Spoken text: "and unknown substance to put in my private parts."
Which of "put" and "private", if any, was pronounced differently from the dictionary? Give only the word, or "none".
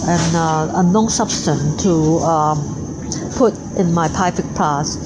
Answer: private